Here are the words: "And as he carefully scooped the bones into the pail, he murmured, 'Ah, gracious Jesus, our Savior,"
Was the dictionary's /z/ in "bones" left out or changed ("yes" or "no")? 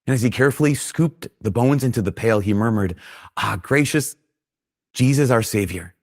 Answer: no